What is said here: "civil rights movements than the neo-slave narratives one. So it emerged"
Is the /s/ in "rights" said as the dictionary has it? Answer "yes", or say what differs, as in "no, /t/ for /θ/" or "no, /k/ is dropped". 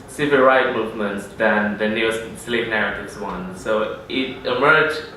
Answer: no, /s/ is dropped